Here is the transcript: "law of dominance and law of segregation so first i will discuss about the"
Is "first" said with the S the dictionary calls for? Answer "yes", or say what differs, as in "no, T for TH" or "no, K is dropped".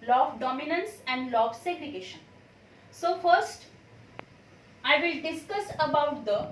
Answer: yes